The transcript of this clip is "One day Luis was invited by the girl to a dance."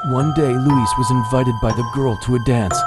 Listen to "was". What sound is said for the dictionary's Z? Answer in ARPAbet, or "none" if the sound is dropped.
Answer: Z